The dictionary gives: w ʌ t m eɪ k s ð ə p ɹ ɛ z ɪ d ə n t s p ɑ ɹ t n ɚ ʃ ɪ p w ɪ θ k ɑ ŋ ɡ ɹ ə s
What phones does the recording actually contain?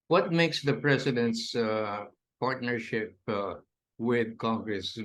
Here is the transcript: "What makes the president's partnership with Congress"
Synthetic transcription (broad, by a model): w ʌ t m eɪ k s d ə p ɹ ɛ s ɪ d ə n t s p ɑ ɹ t n ɚ ʃ ɪ p w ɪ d k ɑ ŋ ɡ ɹ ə s